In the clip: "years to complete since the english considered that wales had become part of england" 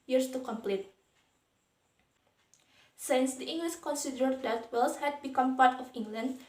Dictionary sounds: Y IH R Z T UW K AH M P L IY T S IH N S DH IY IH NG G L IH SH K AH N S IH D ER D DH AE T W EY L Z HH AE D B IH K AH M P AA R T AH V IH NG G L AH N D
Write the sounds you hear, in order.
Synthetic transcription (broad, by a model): Y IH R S T UW K AH M P L IY T S IH N S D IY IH NG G L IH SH K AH N S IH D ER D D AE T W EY L S HH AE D B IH K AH M P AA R T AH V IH NG G L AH N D